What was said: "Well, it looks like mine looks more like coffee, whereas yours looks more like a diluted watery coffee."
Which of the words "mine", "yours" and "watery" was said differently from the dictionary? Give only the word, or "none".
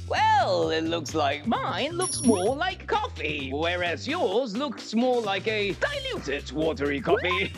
none